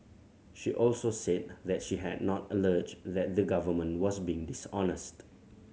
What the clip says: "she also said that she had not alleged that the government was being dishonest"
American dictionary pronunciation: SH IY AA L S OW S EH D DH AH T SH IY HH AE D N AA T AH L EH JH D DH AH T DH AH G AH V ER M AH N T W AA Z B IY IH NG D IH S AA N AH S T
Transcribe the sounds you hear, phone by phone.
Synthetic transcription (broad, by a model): SH IY AA L S OW S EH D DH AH T SH IY HH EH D N AA T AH L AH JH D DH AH T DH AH G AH V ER M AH N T W AA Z B IY IH NG D IH S AA N AH S T